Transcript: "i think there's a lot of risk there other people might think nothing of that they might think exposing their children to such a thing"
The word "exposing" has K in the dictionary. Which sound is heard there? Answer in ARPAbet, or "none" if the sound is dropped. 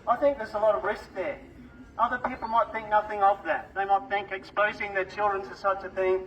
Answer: K